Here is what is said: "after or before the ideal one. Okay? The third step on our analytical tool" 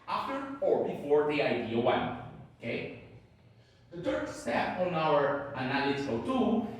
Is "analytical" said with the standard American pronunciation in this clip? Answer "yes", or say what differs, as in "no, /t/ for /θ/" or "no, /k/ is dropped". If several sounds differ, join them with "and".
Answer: no, /k/ is dropped